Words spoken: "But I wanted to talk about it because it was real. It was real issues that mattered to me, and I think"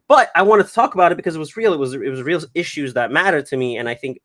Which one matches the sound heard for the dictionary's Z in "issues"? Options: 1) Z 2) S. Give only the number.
1